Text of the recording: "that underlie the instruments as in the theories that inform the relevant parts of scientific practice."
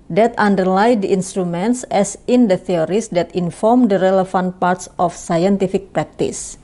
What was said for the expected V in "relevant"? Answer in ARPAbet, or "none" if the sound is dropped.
F